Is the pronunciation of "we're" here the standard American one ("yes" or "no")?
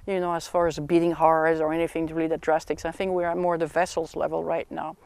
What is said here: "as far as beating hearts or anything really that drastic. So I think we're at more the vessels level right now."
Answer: yes